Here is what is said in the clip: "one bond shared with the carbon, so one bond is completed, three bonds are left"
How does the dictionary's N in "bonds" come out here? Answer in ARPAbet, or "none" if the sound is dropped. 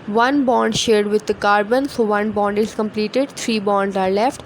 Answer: N